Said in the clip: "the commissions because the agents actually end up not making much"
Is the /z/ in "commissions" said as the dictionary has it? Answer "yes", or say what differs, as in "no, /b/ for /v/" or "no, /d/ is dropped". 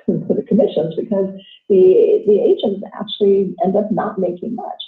yes